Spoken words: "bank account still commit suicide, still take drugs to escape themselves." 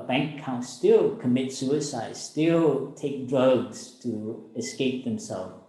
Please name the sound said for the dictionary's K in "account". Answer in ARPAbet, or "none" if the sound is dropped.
none